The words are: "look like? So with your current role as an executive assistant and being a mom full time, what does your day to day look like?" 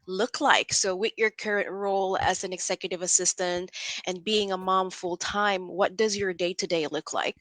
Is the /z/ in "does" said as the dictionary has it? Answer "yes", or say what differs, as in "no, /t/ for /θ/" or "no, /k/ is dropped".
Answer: yes